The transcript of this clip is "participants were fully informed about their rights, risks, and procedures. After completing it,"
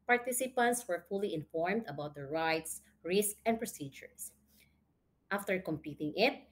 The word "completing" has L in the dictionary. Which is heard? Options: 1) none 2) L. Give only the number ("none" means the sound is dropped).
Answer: 1